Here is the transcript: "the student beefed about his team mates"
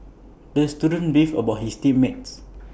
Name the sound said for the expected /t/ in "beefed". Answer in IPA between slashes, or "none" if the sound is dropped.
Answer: none